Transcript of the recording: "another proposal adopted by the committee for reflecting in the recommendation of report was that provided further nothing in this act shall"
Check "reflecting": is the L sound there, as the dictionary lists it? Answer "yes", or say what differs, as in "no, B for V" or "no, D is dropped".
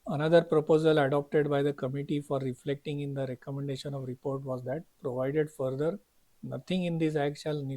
yes